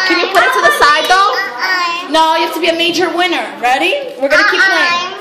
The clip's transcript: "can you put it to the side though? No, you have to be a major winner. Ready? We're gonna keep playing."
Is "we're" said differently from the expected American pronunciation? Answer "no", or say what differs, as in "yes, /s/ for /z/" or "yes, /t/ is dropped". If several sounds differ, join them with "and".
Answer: no